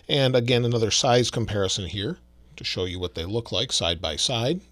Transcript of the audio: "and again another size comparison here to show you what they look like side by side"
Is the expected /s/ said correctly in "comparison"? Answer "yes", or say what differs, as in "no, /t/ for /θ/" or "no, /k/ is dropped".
yes